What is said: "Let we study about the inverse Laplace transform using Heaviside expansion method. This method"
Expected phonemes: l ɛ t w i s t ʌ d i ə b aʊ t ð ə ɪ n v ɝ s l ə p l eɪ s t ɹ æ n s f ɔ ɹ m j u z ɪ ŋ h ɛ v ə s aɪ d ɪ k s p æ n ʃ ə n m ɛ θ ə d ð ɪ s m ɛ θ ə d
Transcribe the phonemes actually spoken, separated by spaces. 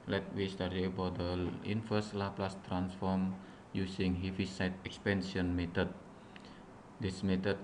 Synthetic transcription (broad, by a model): l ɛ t w i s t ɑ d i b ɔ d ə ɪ n f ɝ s l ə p l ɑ s t ɹ æ n s f ɔ ɹ m j u s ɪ ŋ h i f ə s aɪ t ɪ k s p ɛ n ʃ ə n m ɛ t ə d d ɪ s m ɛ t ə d